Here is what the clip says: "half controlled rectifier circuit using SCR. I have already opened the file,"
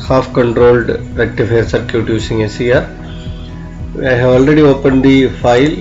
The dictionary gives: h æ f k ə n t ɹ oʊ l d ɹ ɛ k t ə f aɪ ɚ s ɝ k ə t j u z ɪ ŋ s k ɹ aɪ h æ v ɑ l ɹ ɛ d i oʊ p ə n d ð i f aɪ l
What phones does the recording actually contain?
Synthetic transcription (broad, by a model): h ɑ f k ə n t ɹ oʊ l d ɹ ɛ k t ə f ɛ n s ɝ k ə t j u s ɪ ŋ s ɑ ɹ aɪ h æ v ɑ l ɹ ɛ d i oʊ p ə n d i f aɪ l